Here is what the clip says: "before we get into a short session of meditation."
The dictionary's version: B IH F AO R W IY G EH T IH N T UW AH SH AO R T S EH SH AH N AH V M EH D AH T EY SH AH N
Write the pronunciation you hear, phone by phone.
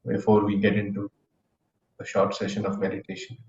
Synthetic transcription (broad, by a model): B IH F AO R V IY G EH T IH N T UW AH SH AO R T S EH SH AH N AH V M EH D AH T EY SH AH N